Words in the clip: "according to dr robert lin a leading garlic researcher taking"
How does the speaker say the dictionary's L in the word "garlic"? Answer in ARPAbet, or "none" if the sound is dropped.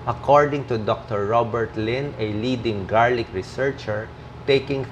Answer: L